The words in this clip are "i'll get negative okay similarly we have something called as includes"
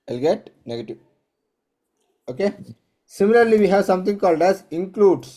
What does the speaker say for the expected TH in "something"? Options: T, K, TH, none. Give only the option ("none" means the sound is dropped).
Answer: T